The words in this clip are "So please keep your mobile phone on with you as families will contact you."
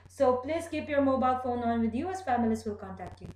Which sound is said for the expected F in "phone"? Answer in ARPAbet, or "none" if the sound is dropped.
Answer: F